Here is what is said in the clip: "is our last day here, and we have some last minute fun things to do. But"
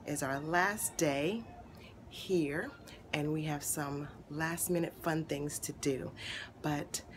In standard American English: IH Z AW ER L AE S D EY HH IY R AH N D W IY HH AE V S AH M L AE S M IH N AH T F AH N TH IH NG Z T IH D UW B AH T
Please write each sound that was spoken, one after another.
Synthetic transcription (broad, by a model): IH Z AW ER L AE S D EY HH IY R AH N W IY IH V S AH M L AE S M IH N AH T F AH N TH IH NG Z T IH D UW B AH T